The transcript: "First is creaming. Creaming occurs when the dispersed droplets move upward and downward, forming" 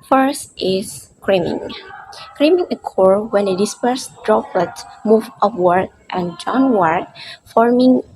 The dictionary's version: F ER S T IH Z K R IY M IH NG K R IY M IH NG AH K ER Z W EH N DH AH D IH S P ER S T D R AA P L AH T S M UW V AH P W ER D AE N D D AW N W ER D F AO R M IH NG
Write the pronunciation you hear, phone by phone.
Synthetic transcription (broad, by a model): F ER S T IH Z K R IY M IH NG K R IY M IH NG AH K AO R W EH N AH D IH S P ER S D R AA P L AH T M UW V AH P W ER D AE N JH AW N W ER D F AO R M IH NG